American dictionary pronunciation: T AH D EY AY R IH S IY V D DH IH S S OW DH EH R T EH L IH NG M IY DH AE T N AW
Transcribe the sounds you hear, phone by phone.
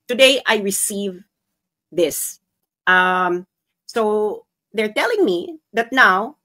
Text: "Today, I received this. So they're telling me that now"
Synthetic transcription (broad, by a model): T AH D EY AY R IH S IY V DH IH S S OW DH EH R T EH L IH NG M IY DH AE T N AW